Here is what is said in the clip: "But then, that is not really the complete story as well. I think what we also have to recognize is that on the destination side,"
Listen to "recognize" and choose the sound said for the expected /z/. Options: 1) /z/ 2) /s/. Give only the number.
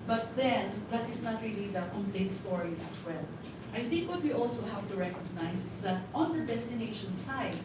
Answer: 2